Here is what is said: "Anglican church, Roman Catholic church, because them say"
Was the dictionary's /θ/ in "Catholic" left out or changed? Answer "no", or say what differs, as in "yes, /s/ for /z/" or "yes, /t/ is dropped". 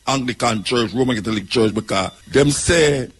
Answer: yes, /t/ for /θ/